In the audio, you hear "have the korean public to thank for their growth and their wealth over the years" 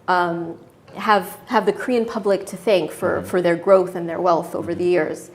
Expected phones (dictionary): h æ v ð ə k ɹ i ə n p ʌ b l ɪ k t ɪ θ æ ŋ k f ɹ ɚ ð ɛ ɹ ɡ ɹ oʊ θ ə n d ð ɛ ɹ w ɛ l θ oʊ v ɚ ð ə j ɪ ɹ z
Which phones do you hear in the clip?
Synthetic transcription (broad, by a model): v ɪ v ð ə k ɹ i ə n p ʌ b l ɪ k t ɪ θ æ ŋ k f ɹ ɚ ð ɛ ɹ ɡ ɹ oʊ θ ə n ð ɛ ɹ w ɛ l θ oʊ v ɚ ð ə j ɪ ɹ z